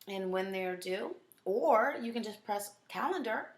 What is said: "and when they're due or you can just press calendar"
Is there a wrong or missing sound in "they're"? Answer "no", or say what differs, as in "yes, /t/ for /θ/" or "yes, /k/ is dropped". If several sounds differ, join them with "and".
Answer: no